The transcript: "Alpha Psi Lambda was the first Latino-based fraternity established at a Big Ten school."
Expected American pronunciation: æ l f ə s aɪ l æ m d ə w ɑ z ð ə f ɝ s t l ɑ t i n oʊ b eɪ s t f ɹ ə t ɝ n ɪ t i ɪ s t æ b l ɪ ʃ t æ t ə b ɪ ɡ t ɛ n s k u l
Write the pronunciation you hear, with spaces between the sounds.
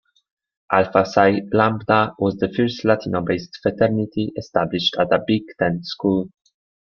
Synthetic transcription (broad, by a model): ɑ l f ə s aɪ l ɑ m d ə w ɑ z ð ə f ɝ s t l ɑ t i n oʊ b eɪ s t f ə t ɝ n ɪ t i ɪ s t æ b l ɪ ʃ t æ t ə b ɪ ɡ t ɛ n s k u l